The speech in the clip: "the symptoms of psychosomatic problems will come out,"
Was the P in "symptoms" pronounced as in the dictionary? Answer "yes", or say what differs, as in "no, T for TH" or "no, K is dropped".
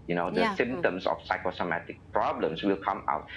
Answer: no, P is dropped